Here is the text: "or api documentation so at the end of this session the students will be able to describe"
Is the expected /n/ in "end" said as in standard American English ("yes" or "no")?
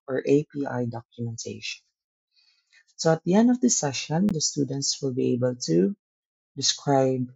yes